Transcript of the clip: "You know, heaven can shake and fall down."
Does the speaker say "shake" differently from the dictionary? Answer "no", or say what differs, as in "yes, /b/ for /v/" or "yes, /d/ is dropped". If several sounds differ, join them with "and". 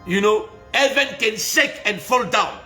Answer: yes, /s/ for /ʃ/